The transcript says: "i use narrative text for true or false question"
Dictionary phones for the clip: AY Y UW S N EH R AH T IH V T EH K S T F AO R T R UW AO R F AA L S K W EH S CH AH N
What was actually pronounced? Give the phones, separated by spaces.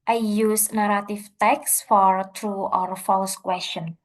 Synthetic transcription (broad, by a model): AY Y UW S N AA R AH T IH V T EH K S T F AO R T R UW AO R F AA L S K W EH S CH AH N